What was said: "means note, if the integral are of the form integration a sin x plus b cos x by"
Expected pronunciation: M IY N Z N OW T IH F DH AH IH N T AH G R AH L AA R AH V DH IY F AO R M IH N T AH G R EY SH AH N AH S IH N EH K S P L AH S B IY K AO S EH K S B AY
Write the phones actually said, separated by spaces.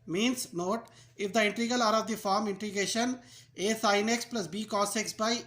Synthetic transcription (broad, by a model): M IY N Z N OW T IH F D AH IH N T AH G AH L AA R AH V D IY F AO R M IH N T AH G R EY SH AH N AH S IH N EH K S P L AH S B IY K AO S EH K S B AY